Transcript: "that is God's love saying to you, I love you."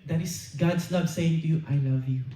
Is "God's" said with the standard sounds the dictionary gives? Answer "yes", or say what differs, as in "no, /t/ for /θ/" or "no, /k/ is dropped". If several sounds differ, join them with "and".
no, /s/ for /z/